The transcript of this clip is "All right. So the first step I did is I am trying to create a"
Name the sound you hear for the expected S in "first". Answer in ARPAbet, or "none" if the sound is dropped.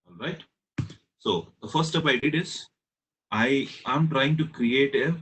none